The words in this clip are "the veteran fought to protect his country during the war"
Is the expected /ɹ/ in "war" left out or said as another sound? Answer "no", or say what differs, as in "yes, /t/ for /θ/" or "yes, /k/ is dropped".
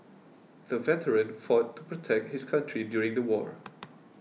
no